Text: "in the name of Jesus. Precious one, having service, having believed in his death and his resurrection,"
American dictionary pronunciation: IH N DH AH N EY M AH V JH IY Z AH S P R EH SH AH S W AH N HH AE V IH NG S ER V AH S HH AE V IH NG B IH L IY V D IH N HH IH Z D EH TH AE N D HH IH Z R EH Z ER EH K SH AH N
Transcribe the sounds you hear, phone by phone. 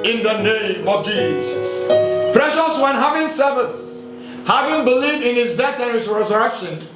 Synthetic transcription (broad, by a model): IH N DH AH N EY M AH V JH IY Z AH S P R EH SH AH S W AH N HH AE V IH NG S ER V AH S HH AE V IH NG B IH L IY V D IH N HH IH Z D EH TH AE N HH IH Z R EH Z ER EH K SH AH N